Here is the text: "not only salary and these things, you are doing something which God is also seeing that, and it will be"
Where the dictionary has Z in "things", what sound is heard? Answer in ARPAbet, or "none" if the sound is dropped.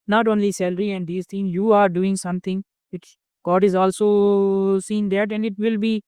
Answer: none